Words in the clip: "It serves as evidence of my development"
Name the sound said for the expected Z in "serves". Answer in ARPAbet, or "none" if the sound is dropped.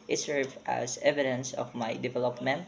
none